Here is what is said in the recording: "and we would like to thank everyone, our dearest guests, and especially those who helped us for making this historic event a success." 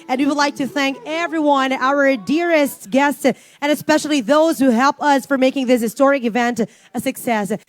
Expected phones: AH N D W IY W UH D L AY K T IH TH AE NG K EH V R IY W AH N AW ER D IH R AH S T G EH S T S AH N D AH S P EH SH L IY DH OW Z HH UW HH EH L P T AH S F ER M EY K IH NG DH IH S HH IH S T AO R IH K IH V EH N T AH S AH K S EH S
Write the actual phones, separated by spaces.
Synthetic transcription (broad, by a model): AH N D W IY W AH D L AY K T IH TH AE NG K EH V R IY W AH N AW ER D IH R AH S T G EH S T S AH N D AH S P EH SH L IY DH OW Z HH UW HH EH L P AH S F ER M EY K IH NG DH IH S HH IH S T AO R IH K IH V EH N T AH S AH K S EH S